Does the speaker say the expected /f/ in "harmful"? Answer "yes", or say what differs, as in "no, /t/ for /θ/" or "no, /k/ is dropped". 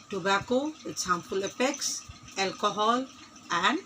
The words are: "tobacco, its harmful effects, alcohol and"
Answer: no, /p/ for /f/